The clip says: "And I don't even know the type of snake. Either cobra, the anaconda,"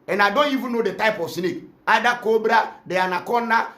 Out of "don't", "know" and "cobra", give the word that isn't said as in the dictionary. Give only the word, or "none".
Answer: none